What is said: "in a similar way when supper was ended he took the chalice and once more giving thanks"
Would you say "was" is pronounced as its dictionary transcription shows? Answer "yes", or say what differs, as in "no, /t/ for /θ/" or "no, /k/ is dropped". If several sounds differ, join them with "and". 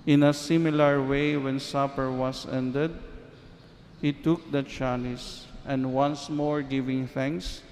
no, /s/ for /z/